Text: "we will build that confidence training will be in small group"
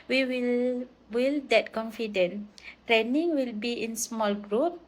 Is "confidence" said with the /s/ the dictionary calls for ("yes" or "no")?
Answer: no